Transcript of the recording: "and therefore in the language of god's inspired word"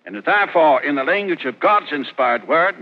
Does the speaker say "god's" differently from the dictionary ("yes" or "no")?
no